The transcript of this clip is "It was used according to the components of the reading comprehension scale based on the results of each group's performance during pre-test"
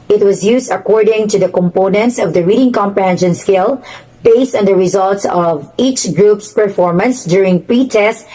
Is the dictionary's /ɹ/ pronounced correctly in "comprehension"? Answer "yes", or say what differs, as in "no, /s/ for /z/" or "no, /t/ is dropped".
no, /ɹ/ is dropped